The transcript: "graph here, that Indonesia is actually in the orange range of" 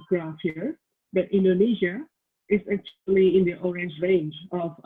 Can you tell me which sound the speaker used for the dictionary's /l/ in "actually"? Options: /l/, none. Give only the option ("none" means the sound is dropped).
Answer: /l/